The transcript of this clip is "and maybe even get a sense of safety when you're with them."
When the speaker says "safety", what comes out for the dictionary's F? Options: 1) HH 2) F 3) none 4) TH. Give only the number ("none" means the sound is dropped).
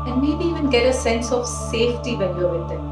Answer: 2